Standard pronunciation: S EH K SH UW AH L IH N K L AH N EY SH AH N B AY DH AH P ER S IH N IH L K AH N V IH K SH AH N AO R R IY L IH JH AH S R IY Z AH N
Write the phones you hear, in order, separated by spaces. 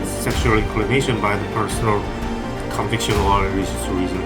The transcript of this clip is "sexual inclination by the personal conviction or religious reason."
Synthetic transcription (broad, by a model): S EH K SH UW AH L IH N K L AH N EY SH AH N B AY DH AH P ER S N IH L K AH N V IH K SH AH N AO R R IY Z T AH R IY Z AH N